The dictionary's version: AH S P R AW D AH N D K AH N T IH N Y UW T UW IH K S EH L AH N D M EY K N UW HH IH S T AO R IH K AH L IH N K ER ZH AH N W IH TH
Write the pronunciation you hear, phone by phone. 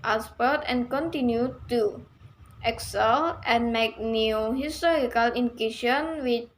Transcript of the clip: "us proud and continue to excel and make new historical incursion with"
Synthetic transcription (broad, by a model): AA S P AW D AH N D K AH N T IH N Y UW T UW IH K S EH L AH N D M EY K N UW HH IH S T AO R IH K AH L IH N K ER SH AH N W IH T